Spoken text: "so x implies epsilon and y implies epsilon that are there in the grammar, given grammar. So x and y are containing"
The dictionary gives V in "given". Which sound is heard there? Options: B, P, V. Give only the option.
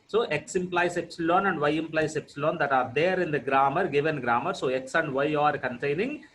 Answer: V